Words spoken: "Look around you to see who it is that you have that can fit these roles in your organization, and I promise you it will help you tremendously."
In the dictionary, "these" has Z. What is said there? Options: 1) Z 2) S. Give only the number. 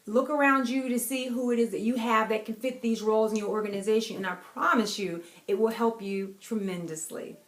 1